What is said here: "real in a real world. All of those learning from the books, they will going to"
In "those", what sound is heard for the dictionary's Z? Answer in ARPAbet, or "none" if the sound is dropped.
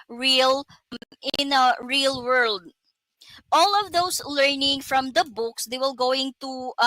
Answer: S